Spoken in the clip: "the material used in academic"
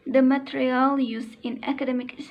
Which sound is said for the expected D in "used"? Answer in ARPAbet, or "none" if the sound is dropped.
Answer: none